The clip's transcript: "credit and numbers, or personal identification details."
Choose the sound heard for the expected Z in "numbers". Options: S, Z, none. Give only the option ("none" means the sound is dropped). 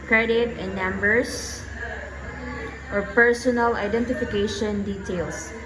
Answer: S